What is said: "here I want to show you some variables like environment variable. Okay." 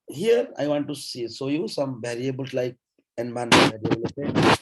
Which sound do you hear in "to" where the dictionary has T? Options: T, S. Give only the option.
S